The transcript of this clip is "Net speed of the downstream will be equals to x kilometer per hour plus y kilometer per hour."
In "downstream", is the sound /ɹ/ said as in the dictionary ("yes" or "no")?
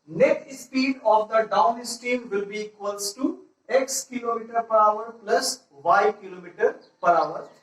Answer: no